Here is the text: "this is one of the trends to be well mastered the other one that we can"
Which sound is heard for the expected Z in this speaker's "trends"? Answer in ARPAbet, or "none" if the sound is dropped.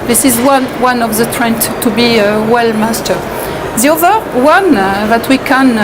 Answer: none